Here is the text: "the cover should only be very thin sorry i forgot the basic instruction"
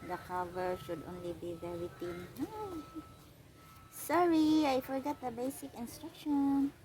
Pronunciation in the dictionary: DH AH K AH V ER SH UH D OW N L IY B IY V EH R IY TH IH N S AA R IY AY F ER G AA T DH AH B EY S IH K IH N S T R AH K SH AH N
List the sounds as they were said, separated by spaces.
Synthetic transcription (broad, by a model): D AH K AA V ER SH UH D OW N L IY B IY V EH R IY T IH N S AA R IY AY F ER G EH T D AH B EY S IH K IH N S T R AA K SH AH N